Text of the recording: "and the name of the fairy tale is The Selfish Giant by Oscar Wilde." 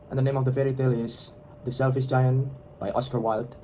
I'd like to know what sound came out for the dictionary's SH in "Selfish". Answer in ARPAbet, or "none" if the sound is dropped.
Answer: S